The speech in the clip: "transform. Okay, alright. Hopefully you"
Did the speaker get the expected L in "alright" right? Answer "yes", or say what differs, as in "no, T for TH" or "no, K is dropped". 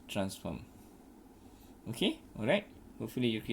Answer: yes